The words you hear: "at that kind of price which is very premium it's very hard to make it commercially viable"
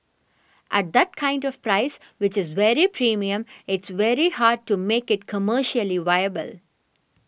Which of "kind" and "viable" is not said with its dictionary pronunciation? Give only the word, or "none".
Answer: none